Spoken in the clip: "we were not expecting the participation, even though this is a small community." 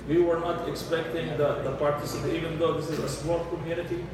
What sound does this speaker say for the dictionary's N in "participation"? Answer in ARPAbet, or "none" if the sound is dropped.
none